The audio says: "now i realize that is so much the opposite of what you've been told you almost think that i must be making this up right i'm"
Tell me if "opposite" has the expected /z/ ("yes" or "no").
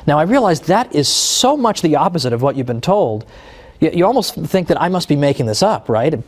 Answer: yes